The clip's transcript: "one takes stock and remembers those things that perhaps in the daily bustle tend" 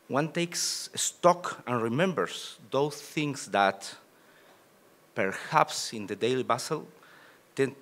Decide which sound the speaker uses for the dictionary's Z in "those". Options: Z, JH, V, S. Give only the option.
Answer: S